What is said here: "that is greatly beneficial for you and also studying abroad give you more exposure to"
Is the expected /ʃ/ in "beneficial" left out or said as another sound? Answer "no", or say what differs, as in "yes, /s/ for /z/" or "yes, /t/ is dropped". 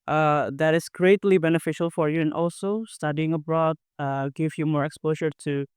no